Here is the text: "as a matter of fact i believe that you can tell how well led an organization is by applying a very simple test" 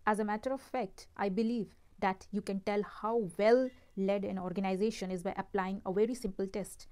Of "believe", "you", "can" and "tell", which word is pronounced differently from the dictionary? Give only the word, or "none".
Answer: none